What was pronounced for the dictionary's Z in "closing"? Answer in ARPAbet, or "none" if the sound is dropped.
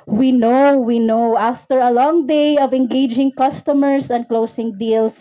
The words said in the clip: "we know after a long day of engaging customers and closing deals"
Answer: S